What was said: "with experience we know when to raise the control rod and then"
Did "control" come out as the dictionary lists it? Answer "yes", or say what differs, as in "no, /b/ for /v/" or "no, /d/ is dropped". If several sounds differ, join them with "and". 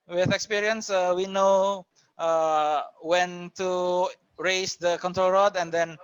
yes